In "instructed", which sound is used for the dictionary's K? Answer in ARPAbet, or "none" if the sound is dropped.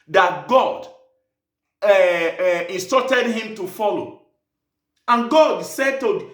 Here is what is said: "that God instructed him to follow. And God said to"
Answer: none